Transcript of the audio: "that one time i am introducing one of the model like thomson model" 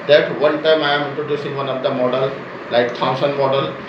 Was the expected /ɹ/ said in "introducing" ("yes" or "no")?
no